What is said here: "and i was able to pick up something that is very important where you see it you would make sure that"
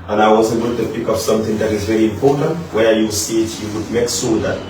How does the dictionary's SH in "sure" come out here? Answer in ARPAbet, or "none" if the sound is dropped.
S